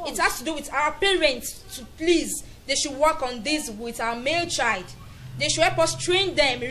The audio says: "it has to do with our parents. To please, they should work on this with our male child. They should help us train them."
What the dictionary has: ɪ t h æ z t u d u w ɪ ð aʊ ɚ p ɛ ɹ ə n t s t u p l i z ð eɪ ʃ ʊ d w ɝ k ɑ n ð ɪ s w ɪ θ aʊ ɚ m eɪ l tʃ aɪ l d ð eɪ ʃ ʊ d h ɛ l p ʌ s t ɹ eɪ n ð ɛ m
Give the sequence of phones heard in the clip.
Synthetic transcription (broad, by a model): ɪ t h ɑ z t u d u w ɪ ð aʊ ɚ p ɛ ɹ ə n t s t u p l i z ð eɪ ʃ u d w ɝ k ɑ n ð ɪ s w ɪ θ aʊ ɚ m eɪ l tʃ aɪ l d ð eɪ ʃ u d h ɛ p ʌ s t ɹ eɪ n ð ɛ m